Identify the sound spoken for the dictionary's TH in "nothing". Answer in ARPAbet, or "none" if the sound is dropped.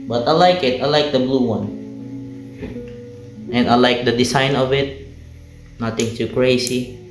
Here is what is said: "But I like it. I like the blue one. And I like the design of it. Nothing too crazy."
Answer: T